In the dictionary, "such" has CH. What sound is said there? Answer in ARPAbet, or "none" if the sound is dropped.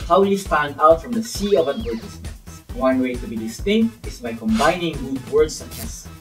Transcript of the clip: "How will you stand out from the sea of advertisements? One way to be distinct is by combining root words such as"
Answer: S